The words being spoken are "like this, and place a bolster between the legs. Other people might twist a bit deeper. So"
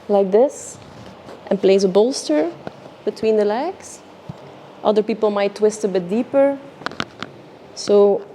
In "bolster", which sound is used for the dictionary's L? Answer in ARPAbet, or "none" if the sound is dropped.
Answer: L